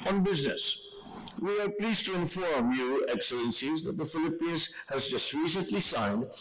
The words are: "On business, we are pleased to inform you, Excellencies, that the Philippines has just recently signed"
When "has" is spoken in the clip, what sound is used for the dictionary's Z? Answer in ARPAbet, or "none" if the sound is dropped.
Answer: Z